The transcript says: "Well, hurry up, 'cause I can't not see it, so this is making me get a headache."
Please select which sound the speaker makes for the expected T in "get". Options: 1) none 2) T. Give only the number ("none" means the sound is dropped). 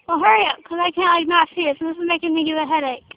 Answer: 1